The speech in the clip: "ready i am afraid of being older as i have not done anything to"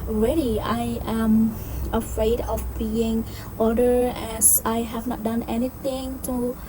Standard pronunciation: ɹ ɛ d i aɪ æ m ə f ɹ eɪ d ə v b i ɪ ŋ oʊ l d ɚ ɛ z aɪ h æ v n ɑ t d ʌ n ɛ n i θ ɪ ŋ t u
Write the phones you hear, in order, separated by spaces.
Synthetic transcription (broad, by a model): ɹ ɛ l i aɪ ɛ m ə f ɹ eɪ d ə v b i ɪ ŋ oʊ d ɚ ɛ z aɪ h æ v n ɑ t d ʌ n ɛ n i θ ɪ ŋ t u